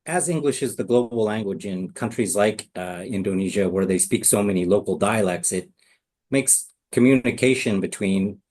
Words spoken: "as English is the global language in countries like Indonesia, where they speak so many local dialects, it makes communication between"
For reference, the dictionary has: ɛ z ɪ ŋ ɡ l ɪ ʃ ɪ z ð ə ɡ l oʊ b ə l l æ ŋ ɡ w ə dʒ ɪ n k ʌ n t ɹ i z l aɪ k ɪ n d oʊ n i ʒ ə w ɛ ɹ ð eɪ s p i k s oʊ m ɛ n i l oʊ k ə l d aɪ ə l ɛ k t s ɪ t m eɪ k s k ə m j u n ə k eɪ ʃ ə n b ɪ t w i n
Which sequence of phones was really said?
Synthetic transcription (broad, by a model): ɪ z ɪ ŋ ɡ l ɪ ʃ ɪ z ð ə ɡ l oʊ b l l æ ŋ ɡ w ə dʒ ɪ n k ʌ n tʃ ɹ i z l aɪ k ɪ n d oʊ n i ʒ ə w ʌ ɹ ð eɪ s p i k s oʊ m ɛ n i l oʊ k l d aɪ ə l ɛ k t s ɪ t m eɪ k s k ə m j u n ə k eɪ ʃ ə n b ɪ t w i n